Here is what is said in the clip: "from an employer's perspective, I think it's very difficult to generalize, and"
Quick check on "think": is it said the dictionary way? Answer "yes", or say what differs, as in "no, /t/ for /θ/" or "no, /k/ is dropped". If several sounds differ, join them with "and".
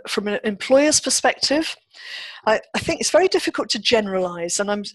yes